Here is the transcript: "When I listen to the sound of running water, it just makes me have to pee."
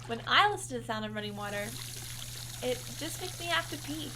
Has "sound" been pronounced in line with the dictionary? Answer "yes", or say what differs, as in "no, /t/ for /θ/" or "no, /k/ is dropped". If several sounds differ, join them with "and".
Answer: yes